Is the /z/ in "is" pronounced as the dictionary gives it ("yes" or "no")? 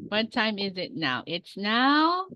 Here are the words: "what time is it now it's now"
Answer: yes